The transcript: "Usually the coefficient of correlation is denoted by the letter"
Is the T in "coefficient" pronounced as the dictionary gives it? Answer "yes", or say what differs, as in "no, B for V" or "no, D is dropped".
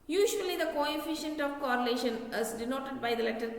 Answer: yes